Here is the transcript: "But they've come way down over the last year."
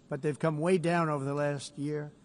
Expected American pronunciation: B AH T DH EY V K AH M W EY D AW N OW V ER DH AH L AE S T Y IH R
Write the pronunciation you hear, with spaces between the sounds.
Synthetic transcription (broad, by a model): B AH T DH EY V K AH M W EY D AW N OW V ER DH AH L AE S T Y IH R